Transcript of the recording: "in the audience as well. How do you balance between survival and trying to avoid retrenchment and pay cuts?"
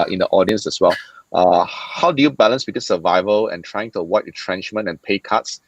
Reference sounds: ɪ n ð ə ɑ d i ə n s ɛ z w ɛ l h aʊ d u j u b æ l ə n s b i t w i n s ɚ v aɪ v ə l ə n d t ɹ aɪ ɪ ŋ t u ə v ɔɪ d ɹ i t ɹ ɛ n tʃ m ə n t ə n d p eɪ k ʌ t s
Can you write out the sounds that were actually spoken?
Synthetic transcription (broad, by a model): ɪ n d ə ɑ d i ə n s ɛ s w ɛ l h aʊ d u j u b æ l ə n s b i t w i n s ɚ v aɪ v ə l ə n t ɹ aɪ ɪ ŋ t u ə w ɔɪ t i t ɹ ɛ n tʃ m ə n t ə n p eɪ k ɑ t s